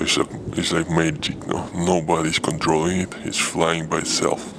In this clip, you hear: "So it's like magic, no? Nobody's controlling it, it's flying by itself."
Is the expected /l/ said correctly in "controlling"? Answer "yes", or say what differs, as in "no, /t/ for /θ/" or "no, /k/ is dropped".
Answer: yes